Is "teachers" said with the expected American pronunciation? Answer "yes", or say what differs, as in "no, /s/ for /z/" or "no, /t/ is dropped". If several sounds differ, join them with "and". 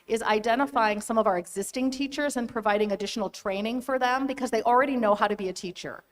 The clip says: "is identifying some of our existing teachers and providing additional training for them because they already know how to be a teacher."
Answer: yes